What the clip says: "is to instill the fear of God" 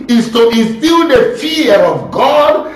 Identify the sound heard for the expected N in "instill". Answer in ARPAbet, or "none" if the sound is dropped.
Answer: none